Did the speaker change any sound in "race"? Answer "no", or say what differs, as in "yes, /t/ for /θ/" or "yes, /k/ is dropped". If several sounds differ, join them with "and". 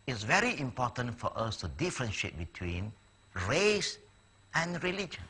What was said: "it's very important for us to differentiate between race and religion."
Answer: no